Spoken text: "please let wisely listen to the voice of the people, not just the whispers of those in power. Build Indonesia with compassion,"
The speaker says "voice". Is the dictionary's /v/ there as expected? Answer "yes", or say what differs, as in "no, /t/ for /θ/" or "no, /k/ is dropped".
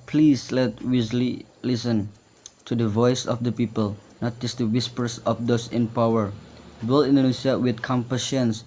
yes